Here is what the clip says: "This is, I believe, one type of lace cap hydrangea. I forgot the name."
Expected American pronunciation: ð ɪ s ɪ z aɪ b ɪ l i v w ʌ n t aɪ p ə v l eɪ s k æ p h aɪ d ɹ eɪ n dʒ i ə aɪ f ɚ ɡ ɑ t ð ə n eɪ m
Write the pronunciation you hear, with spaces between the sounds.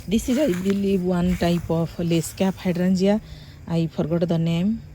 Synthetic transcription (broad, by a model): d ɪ s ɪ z aɪ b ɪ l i b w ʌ n t aɪ p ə p l eɪ s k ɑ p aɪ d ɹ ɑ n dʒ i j aɪ p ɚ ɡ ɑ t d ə n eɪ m